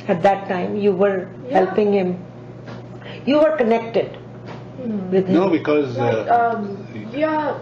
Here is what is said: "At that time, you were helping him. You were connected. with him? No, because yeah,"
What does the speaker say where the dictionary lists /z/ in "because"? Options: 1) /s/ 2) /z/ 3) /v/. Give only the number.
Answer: 2